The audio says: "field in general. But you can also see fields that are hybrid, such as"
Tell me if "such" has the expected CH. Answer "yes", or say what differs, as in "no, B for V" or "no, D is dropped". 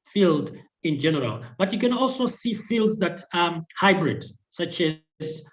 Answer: yes